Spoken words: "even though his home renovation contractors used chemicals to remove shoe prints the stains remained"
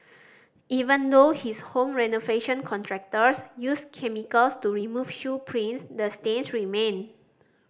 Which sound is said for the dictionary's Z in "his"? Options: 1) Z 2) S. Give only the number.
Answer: 2